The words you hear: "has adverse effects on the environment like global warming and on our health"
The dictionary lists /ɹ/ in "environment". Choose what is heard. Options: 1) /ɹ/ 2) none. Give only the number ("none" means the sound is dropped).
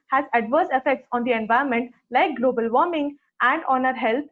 2